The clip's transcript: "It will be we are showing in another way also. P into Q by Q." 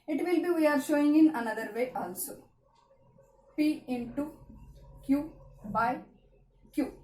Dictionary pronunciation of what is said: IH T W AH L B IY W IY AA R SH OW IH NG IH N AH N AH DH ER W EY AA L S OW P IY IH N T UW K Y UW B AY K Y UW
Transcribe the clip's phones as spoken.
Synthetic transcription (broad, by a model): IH T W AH L B IY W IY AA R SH OW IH NG IH N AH N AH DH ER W EY AA L S OW P IY IH N T UW K Y UW B AY K Y UW